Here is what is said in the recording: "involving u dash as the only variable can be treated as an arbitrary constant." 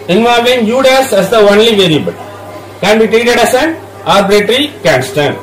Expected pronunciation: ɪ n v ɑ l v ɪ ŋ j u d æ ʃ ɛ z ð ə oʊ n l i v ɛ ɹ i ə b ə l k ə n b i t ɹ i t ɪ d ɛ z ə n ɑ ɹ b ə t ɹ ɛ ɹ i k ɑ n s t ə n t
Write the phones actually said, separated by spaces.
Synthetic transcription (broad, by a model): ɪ n v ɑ l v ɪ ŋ j u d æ s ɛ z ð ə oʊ n l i v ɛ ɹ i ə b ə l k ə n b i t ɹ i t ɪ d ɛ s ə n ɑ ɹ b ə t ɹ ɹ i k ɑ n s t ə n